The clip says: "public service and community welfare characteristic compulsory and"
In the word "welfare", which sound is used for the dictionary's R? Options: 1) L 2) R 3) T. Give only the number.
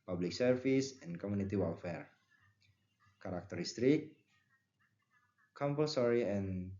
2